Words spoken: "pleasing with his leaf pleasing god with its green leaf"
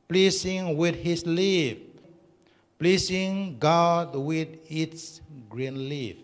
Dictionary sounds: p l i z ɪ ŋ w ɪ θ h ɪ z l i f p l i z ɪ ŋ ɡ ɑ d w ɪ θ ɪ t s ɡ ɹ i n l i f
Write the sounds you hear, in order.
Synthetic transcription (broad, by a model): p l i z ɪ ŋ w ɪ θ h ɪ s l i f p l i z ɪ ŋ ɡ ɑ d w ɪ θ ɪ t s ɡ ɹ i n l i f